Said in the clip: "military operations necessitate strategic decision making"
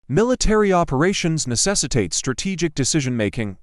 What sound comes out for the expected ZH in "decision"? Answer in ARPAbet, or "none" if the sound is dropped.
ZH